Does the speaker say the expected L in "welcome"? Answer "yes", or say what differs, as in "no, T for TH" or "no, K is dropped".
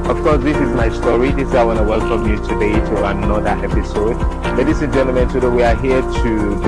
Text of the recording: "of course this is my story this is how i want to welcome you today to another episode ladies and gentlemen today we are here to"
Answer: yes